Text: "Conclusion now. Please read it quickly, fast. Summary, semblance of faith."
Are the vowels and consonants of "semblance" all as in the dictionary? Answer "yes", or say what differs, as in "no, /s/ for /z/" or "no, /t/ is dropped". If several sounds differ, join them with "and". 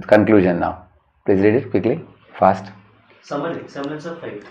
no, /b/ is dropped